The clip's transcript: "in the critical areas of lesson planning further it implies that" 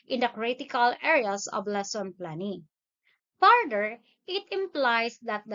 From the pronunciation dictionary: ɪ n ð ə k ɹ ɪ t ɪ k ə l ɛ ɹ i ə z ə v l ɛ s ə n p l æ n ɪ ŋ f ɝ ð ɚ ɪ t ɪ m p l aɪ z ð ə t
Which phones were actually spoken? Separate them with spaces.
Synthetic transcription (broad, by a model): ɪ n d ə k ɹ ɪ t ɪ k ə l ɛ ɹ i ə s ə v l ɛ s ə n p l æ n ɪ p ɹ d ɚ ɪ t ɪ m p l aɪ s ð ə t